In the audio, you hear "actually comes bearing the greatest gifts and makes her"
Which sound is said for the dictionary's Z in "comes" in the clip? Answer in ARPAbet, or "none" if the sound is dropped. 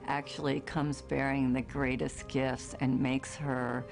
Z